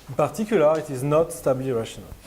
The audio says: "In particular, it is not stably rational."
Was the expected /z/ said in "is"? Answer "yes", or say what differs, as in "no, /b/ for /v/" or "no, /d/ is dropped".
yes